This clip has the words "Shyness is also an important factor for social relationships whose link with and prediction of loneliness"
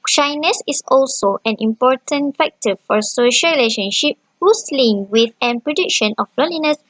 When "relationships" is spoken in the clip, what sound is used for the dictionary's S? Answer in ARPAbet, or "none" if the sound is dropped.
none